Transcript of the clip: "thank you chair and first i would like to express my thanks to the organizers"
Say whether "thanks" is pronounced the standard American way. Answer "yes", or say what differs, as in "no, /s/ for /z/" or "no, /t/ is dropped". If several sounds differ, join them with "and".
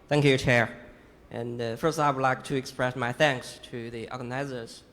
yes